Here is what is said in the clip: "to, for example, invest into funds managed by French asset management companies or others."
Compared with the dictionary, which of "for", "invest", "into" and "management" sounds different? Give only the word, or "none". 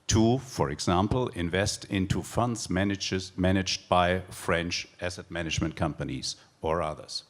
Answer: none